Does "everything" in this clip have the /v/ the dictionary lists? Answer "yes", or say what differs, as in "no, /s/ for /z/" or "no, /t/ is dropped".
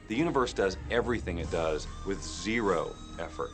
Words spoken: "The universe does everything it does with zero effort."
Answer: yes